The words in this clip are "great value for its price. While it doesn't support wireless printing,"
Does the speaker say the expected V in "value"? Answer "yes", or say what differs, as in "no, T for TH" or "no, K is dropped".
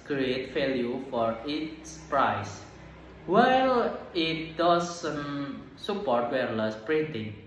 no, F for V